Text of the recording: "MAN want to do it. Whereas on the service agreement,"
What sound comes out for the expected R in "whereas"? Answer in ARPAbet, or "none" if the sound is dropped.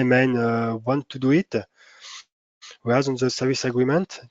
none